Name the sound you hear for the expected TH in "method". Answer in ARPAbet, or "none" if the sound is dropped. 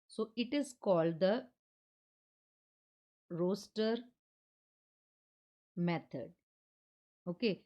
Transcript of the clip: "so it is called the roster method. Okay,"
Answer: T